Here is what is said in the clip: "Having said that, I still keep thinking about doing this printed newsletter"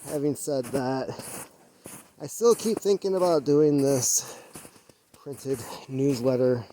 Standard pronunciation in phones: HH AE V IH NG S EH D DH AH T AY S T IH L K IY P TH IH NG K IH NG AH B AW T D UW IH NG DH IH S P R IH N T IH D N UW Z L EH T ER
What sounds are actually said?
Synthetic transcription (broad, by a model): HH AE V IH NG S EH D DH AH T AY S T IH L K IY P TH IH NG K IH NG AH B AW T D UW IH NG DH IH S P R IH N T IH D N UW Z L EH T ER